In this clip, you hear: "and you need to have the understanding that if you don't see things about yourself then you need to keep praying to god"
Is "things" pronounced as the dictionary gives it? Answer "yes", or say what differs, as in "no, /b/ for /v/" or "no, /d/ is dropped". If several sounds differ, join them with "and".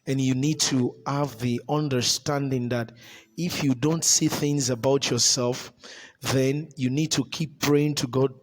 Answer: yes